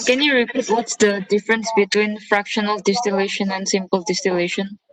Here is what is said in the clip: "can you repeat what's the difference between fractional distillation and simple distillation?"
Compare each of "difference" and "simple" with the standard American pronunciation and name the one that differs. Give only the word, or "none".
none